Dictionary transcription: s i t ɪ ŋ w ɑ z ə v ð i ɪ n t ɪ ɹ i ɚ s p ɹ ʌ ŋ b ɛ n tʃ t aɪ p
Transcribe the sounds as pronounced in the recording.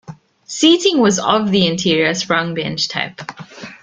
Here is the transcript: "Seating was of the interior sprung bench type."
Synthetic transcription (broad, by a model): s i t ɪ ŋ w ɑ z ə v ð i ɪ n t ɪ ɹ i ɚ s ɹ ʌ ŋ b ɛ n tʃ t aɪ p